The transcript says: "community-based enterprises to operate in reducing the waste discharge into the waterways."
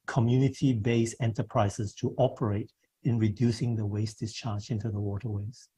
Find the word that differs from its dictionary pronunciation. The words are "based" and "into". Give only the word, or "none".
based